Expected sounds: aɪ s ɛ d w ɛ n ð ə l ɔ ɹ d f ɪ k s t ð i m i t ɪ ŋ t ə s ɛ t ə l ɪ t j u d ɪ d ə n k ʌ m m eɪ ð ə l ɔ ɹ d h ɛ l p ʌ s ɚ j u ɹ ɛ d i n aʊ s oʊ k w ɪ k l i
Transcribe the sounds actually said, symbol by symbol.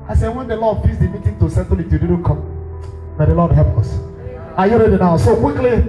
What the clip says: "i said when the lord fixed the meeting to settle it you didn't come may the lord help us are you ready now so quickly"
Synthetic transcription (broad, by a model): aɪ s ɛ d w ɛ n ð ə l ɔ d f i s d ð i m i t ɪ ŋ t ə s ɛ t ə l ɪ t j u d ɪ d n k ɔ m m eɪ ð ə l ɔ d h ɛ l p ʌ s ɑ j u ɹ ɛ d i n aʊ s oʊ k w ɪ k l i